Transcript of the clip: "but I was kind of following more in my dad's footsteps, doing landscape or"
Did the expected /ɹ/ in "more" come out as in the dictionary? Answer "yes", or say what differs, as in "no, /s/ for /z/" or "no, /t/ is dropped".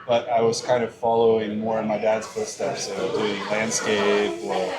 yes